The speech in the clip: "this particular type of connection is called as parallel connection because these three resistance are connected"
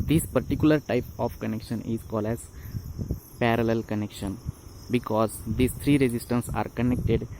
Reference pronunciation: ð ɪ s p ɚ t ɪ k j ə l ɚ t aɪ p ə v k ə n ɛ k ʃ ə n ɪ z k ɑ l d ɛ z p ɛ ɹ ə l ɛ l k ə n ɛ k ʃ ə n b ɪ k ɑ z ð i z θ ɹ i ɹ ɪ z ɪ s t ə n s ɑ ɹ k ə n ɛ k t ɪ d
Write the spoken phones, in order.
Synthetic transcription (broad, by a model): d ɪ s p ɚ t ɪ k j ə l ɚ t aɪ p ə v k ə n ɛ k ʃ ə n ɪ z k ɑ l d ɛ z p ɛ ɹ ə l ɛ l k ə n ɛ k ʃ ə n b ɪ k ɑ z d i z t ɹ i ɹ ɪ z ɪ s t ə n s ɑ ɹ k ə n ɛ k t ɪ d